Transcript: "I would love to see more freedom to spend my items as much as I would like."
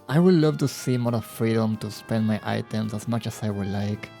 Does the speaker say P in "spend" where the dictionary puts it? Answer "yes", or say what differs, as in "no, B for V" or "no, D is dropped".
yes